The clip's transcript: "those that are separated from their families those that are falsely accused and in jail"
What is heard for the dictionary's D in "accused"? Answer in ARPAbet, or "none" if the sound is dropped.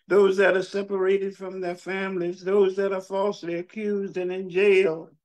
D